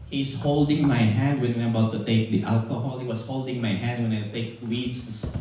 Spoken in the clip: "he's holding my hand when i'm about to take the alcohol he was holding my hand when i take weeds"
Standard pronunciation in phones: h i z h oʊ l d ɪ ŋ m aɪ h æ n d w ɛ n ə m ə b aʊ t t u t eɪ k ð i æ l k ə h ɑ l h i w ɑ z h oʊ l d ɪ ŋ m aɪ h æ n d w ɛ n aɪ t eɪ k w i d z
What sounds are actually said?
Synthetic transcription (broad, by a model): h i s h oʊ l d ɪ ŋ m aɪ h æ n d w ɛ n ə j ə b aʊ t t u t eɪ k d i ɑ l k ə h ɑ l h i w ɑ s h oʊ l d ɪ ŋ m aɪ h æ n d w ɛ n aɪ t eɪ k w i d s